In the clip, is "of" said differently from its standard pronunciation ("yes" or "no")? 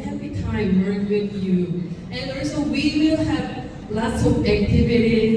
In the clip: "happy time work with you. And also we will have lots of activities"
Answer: yes